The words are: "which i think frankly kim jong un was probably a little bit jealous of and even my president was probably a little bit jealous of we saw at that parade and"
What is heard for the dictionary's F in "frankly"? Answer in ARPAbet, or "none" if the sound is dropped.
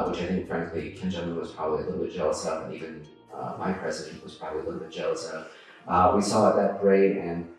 F